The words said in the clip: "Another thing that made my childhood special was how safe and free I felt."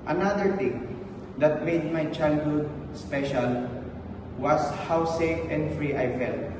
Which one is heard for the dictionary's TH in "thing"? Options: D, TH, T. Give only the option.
T